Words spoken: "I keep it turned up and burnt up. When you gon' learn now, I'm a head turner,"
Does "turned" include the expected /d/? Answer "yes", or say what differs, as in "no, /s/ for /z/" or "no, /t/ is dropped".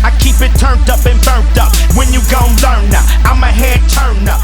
yes